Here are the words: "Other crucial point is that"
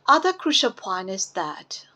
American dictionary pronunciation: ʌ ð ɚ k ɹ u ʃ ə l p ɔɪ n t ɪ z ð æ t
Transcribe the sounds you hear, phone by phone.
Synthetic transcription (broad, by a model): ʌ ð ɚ k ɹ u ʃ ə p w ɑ n ɪ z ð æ t